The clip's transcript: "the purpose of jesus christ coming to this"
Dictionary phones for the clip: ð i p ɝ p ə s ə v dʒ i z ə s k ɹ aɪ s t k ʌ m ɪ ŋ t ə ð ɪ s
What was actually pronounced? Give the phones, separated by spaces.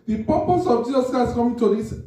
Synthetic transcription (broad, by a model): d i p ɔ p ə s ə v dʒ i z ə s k aɪ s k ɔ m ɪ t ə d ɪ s